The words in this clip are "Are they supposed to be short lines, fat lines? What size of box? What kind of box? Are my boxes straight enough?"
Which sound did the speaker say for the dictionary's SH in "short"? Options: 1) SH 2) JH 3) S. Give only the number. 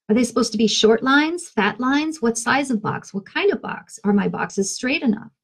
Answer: 1